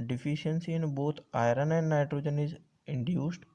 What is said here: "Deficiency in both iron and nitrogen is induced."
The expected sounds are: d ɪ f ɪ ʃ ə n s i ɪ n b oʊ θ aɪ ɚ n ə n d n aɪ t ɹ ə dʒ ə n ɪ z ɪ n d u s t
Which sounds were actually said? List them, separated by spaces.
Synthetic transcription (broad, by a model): d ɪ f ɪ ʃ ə n s i ɪ n b oʊ t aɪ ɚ n ə n d n aɪ t ɹ ə dʒ ə n ɪ z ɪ n d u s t